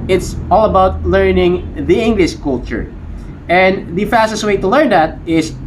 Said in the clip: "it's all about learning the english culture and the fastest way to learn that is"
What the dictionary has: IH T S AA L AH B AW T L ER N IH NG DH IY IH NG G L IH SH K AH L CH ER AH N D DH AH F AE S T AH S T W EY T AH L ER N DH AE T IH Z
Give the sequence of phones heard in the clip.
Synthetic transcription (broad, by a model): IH T S AA L AH B AW T L ER N IH NG DH IY IH NG G L IH SH K AH L CH ER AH N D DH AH F AE S T AH S T W EY T AH L ER N DH AE T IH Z